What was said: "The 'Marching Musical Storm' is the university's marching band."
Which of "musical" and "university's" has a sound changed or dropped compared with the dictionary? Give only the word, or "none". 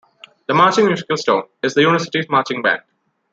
university's